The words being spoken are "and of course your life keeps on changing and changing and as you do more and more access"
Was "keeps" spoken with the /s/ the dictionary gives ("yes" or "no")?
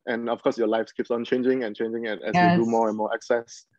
yes